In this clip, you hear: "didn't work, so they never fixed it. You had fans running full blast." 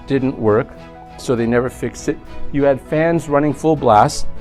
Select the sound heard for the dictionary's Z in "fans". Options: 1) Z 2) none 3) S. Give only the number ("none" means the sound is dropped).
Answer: 1